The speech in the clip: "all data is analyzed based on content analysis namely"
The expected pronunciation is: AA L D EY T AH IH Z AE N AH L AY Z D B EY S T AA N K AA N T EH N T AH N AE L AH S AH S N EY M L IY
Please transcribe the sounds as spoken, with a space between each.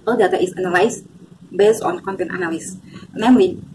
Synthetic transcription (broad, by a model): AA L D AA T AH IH S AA N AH L AY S B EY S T AA N K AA N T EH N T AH N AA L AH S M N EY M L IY